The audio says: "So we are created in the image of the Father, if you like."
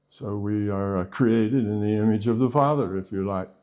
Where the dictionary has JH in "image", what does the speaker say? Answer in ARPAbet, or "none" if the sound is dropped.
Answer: JH